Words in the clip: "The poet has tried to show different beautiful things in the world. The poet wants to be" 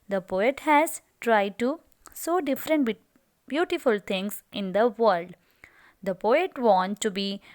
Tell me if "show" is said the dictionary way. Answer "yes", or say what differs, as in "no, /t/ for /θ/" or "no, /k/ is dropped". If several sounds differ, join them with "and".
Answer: no, /s/ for /ʃ/